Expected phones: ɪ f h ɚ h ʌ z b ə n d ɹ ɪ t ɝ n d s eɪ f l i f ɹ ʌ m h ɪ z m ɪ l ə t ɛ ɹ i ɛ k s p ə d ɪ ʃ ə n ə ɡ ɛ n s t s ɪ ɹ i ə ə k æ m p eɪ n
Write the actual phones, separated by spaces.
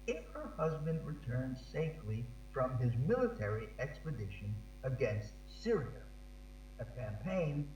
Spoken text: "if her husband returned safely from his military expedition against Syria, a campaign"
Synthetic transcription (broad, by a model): ɪ f h ɚ h ʌ z b ə n d ɹ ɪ t ɝ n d s eɪ f l i f ɹ ʌ m ɪ z m ɪ l ə t ɛ ɹ i ɛ k s p ə d ɪ ʃ ə n ə ɡ ɛ n s t s ɪ ɹ i ə ə k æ m p eɪ n